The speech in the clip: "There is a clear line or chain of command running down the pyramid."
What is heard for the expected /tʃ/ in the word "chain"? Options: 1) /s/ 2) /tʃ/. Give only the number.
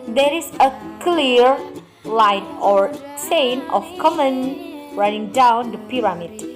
1